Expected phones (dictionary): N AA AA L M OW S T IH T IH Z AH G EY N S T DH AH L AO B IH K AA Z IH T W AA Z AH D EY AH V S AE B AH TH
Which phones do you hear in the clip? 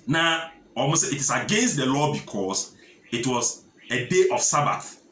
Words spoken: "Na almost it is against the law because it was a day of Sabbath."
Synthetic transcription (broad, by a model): N AA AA M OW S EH IH T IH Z AH G EY N S T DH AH L AO B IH K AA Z IH T W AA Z AH D EY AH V S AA B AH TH